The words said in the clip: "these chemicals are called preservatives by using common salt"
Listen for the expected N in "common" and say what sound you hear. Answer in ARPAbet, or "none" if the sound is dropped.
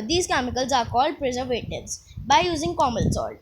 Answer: L